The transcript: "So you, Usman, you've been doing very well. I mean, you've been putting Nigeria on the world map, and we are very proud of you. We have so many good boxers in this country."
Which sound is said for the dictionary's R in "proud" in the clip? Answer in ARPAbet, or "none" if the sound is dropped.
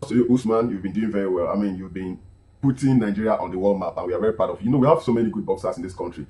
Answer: none